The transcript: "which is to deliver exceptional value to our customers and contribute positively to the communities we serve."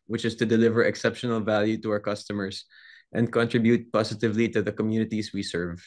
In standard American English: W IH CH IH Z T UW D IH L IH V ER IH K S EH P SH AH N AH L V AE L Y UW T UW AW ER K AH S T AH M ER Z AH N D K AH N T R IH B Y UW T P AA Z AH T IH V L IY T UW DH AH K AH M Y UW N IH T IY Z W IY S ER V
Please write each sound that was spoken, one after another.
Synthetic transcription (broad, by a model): W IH CH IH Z T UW D IH L IH V ER IH K S EH P SH AH N AH L V AE L Y UW T UW AW ER K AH S T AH M ER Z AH N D K AH N T R IH B Y UW T P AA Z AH T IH V L IY T UW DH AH K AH M Y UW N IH T IY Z W IY S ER V